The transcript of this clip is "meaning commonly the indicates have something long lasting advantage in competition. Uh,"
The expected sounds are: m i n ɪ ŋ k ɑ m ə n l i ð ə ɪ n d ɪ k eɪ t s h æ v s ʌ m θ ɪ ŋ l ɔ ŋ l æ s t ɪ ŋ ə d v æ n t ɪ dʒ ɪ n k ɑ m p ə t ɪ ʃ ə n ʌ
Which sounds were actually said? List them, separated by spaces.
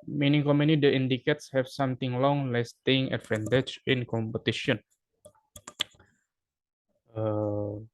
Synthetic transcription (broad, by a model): m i n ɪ ŋ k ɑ m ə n i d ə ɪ n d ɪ k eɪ t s h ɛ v s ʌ m t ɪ ŋ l ɔ ŋ l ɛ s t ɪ ŋ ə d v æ n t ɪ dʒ ɪ n k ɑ m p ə t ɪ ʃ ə n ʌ